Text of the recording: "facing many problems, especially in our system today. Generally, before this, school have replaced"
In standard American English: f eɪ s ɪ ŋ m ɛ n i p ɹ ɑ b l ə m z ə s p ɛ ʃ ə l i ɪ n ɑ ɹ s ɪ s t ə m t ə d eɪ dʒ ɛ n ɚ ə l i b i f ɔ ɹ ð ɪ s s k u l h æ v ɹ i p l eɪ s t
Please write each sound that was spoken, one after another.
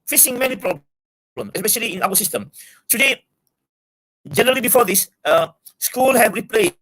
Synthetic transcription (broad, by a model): f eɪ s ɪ ŋ m ɛ n i p ɹ ɑ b l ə m s ə s p ɛ ʃ ə l i ɪ n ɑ w s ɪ s t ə m t ə d eɪ dʒ ɛ n ɚ ə l i b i f ɔ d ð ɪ s s k u l h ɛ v ɹ i p l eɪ